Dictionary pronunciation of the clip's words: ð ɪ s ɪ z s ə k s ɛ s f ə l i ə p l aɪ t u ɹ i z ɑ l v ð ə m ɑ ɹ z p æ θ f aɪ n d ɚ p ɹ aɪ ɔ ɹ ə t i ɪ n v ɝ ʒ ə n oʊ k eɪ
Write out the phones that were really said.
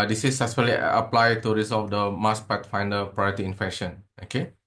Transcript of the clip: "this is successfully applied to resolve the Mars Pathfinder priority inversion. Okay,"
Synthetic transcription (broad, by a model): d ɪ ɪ s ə s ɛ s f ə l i ə p l aɪ t u ɹ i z ɑ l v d ə m ɑ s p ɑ t f aɪ n d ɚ p ɹ aɪ ɔ ɹ ə t i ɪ n f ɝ ʃ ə n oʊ k eɪ